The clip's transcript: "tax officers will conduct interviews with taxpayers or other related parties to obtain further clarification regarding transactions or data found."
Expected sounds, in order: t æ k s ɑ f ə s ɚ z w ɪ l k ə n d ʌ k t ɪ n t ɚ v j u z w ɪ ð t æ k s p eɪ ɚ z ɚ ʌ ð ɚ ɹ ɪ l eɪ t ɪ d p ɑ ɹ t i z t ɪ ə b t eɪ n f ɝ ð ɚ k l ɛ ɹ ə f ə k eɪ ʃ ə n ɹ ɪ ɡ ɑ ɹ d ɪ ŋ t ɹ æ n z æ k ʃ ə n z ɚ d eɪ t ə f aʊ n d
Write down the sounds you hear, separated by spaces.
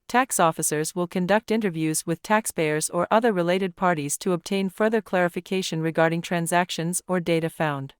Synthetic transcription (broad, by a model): t æ k s ɑ f ə s ɚ z w ɪ l k ə n d ʌ k t ɪ n t ɚ v j u z w ɪ ð t æ k s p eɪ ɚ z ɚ ʌ ð ɚ ɹ ɪ l eɪ t ɪ d p ɑ ɹ t i z t ɪ ə b t eɪ n f ɝ ð ɚ k l ɛ ɹ ə f ə k eɪ ʃ ə n ɹ ɪ ɡ ɑ ɹ d ɪ ŋ t ɹ æ n z æ k ʃ ə n z ɚ d eɪ t ə f aʊ n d